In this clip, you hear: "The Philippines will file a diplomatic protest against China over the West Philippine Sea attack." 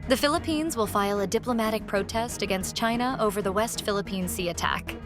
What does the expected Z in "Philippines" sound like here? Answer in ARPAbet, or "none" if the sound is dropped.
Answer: Z